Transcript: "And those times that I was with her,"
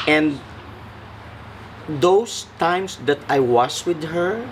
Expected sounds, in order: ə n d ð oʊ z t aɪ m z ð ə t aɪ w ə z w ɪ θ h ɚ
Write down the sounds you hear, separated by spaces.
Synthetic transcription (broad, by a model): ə n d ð oʊ s t aɪ m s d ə t aɪ w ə s w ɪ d h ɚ